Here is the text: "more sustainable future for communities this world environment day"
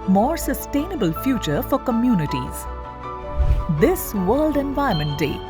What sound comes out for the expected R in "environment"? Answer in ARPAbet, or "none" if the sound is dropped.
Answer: none